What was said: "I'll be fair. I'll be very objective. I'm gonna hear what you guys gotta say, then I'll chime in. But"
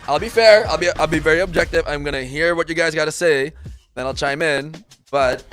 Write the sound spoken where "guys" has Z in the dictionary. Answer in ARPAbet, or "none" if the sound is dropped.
Z